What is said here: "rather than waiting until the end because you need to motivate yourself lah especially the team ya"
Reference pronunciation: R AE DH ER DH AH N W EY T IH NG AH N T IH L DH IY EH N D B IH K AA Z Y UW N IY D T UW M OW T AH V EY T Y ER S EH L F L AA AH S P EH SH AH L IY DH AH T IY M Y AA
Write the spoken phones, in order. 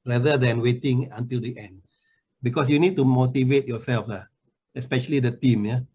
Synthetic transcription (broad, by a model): R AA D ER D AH N W EY T IH NG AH N T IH L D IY EH N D B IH K AA S Y UW N IY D T UW M OW T AH V EY T Y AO S EH L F L AA AH S P EH SH AH L IY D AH T IY M Y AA